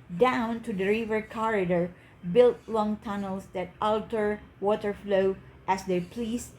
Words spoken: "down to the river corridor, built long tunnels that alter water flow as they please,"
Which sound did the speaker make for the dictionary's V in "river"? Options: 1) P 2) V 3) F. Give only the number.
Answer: 2